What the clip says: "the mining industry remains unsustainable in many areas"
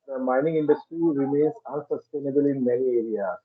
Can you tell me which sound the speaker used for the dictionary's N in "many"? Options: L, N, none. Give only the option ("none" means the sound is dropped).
L